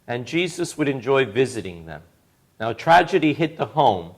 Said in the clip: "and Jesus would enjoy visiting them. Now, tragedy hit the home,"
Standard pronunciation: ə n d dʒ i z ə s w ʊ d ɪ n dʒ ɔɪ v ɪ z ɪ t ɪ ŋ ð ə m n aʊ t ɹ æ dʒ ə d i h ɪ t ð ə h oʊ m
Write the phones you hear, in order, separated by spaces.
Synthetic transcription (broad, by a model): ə n dʒ i z ə s w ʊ d ɪ n dʒ ɔɪ v ɪ z ɪ t ɪ ŋ ð ə m n aʊ t ɹ æ dʒ ə d i h ɪ t ð ə h oʊ m